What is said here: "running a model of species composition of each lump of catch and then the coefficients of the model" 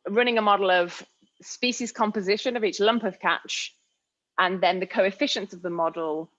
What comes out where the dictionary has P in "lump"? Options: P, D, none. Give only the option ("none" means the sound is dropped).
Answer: P